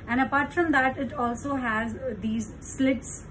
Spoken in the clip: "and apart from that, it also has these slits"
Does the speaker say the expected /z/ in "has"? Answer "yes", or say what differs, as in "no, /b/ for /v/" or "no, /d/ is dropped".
yes